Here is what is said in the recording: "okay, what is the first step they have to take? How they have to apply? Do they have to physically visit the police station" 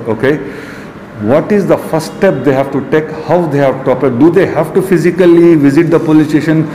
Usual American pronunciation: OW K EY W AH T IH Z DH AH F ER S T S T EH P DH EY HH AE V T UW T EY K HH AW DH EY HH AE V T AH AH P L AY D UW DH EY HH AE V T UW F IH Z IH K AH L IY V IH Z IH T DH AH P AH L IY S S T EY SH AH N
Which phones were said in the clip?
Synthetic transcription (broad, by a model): OW K EY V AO T IH Z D AH F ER S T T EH P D EY HH AE V T UW T EY K HH AW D EY HH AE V T AH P AY D UW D EY HH AE V T UW F IH Z IH K AH L IY V IH Z IH T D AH P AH L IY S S T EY SH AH N